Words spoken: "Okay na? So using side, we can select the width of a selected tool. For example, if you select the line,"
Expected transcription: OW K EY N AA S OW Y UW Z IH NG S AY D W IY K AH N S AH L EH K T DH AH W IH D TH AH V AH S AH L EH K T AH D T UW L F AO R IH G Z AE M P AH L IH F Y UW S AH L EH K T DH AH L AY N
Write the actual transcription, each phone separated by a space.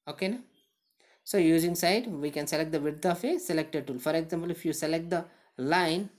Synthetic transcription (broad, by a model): OW K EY N AA S OW Y UW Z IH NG S AY D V IY K AH N S AH L EH K T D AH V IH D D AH F AH S AH L EH K T AH D T UW L F AO R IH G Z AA M P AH L IH F Y UW S AH L EH K T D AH L AY N